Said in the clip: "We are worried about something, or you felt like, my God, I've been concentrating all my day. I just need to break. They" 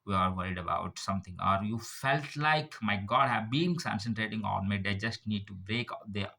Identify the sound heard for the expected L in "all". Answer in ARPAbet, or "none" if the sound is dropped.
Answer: N